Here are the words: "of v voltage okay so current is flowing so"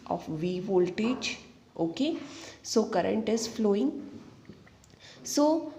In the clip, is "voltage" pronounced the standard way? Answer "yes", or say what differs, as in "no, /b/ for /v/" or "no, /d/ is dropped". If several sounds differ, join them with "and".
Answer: no, /tʃ/ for /dʒ/